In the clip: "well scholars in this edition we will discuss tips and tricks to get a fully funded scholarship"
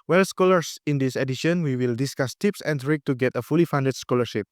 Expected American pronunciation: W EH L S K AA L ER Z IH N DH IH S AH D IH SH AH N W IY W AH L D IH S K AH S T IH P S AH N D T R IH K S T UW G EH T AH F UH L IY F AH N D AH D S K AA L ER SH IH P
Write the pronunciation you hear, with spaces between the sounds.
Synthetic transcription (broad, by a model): W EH L S K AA L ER S IH N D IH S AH D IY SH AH N W IY W AH L D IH S K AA S T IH P S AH N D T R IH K T UW G EH T AH F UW L IY F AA N D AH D S K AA L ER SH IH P